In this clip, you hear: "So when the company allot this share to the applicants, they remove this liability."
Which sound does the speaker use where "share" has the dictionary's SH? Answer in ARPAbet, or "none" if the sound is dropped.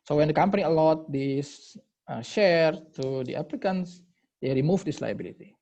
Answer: SH